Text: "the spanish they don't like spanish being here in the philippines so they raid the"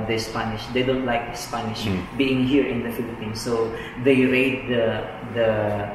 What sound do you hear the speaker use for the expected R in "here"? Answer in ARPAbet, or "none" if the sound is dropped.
R